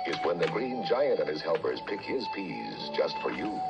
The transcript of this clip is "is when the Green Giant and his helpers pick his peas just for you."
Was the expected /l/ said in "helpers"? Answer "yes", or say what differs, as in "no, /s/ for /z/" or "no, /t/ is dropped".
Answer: yes